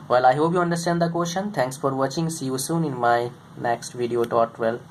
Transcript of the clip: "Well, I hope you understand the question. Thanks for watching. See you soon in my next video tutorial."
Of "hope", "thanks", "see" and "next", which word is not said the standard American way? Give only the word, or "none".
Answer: thanks